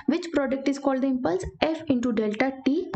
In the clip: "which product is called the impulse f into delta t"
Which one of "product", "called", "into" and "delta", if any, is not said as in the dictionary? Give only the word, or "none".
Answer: none